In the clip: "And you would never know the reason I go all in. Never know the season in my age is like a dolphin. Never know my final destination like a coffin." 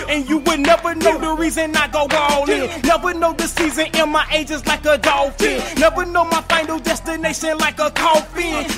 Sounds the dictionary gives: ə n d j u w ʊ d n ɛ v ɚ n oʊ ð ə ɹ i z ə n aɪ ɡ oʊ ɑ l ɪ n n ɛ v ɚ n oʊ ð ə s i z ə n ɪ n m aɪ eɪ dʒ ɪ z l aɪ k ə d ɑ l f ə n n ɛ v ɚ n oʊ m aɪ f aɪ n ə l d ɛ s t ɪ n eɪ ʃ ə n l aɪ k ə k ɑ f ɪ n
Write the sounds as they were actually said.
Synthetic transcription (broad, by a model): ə n j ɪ w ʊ d n ɛ v ɚ n oʊ ð ə ɹ i z ə n aɪ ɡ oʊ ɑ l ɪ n n ɛ v ɚ n oʊ ð ə s i z ə n ɪ n m aɪ eɪ dʒ ɪ z l aɪ k ə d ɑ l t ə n n ɛ v ɚ n oʊ m aɪ f aɪ n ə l d ɛ s t ɪ n eɪ ʃ ə n l aɪ k ə k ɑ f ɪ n